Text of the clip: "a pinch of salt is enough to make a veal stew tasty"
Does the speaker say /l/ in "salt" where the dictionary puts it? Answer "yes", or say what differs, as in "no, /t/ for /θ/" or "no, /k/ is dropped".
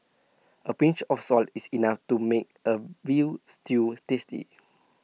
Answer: yes